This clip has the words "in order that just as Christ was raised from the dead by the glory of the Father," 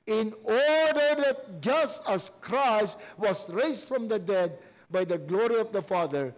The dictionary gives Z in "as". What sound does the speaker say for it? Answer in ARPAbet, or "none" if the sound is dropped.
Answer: S